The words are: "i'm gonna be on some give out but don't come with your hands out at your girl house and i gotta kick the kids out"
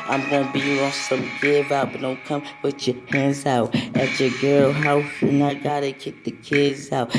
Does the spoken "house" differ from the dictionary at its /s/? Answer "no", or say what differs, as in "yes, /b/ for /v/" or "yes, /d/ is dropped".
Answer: yes, /s/ is dropped